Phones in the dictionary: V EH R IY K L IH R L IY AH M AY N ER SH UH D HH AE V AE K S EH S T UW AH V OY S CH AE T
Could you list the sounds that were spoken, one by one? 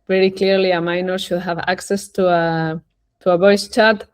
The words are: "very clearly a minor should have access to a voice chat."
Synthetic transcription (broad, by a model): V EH R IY K L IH R L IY AH M AY N ER SH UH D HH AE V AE K S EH S T UW AH B OY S CH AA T